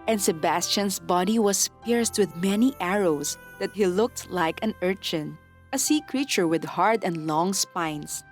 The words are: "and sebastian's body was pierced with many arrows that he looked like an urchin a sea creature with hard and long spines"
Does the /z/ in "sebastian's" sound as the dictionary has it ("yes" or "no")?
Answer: no